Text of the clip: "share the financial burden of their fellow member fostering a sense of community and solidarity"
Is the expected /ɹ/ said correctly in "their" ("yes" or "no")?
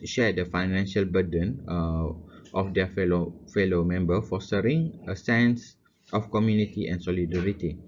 no